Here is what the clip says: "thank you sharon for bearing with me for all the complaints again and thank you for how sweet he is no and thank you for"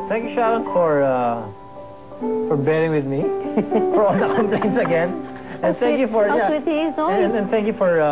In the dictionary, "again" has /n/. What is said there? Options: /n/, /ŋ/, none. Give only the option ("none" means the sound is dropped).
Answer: /n/